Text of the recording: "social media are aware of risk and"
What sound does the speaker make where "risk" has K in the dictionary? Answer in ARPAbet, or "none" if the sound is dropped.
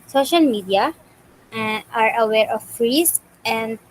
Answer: none